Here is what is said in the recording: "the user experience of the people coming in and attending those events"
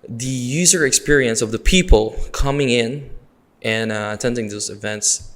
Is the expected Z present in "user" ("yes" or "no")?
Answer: yes